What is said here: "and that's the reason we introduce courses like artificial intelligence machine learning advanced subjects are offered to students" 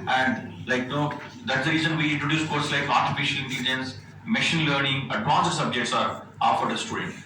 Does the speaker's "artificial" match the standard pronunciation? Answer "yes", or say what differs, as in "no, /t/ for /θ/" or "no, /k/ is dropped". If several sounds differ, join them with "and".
yes